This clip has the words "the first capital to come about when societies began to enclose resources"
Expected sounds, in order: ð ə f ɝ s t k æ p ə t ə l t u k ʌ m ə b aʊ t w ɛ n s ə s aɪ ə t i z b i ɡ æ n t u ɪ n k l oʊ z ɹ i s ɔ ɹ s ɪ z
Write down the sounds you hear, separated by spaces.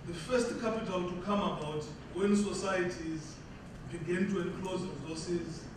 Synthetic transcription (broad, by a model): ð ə f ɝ s t k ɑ p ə t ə l t u k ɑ m ə b aʊ t w ɛ n s ə s aɪ ə t i z b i ɡ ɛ n t u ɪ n k l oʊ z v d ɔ s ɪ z